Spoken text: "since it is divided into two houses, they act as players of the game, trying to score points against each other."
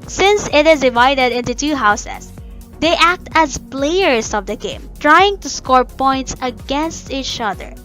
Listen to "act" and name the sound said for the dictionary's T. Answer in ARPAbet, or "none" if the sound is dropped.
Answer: T